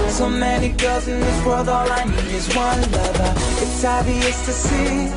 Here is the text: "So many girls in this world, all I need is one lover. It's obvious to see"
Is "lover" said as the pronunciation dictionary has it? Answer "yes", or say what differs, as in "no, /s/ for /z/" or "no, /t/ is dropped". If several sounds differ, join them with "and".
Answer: no, /n/ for /l/